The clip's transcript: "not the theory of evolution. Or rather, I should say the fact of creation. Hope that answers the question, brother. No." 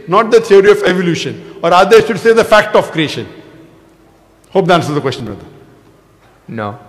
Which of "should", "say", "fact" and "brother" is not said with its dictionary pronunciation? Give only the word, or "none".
brother